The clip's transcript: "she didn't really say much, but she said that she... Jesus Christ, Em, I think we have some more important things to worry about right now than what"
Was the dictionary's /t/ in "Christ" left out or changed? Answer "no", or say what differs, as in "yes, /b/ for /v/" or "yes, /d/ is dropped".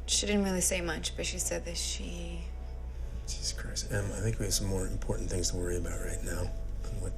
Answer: yes, /t/ is dropped